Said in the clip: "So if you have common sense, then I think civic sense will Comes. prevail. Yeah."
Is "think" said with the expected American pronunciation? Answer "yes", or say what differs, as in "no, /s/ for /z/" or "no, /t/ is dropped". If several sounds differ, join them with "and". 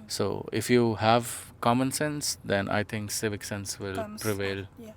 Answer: no, /t/ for /θ/